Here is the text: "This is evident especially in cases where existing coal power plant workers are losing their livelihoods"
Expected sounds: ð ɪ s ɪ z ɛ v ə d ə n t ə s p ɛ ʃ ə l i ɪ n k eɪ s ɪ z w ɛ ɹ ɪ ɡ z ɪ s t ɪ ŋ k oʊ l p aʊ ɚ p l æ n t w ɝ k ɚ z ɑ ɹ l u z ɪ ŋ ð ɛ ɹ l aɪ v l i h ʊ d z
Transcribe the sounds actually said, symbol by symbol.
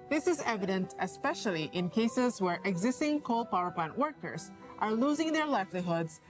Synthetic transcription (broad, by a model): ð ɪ s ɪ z ɛ v ə d ə n t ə s p ɛ ʃ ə l i ɪ n k eɪ s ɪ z w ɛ ɹ ɪ ɡ z ɪ s t ɪ ŋ k oʊ l p aʊ ɚ p l æ n t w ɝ k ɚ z ɑ ɹ l u z ɪ ŋ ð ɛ ɹ l aɪ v l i h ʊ d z